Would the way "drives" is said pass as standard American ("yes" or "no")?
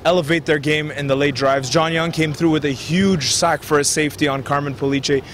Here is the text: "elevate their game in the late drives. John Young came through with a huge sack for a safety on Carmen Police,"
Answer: yes